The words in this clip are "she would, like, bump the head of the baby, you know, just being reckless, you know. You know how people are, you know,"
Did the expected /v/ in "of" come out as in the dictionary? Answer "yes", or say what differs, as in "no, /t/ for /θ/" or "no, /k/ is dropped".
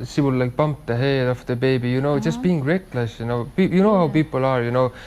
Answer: no, /f/ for /v/